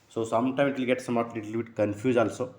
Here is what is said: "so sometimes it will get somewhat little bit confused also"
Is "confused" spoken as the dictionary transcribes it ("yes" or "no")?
no